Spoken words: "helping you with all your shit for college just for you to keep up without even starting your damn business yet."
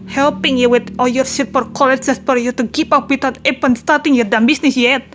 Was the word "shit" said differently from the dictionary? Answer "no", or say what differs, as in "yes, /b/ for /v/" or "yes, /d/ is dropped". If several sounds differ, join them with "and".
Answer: yes, /s/ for /ʃ/